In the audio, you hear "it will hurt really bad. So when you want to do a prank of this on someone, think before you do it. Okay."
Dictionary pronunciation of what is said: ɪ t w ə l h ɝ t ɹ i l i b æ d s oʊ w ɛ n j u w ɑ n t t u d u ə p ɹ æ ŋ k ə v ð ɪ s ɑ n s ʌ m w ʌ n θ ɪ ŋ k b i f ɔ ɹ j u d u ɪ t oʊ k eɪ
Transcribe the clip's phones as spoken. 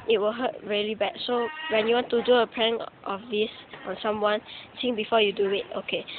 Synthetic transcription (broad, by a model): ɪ t w ə l h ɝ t ɹ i l i b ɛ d s oʊ w ɛ n j u w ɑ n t t u d u ə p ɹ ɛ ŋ ə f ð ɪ s ɑ n s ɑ m w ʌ n s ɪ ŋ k b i f ɔ j u d u ɪ t oʊ k eɪ